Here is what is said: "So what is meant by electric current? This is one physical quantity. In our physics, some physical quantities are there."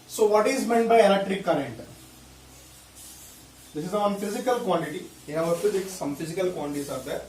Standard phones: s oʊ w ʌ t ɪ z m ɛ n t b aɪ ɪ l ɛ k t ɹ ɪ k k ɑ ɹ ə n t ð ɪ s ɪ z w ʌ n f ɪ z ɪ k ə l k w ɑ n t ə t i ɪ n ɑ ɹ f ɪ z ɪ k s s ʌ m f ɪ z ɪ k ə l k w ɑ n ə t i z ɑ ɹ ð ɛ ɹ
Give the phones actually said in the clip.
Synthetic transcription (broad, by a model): s oʊ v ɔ t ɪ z m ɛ n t b aɪ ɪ n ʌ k t ɹ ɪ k k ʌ ɹ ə n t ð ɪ s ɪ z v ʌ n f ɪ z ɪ k ə l k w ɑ n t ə t i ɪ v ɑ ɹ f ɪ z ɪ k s s ʌ m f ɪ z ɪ k ə l k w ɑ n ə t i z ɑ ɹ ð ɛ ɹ